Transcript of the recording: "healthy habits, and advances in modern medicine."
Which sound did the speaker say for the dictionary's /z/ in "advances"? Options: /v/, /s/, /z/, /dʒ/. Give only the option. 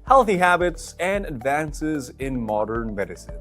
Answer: /z/